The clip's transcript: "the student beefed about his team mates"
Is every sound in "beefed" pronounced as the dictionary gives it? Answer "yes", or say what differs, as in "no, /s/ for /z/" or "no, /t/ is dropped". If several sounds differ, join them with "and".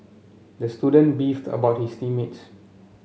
yes